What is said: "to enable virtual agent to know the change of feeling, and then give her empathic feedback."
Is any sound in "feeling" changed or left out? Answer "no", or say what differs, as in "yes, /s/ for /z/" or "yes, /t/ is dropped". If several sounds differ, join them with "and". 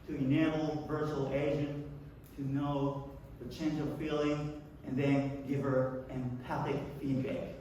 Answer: no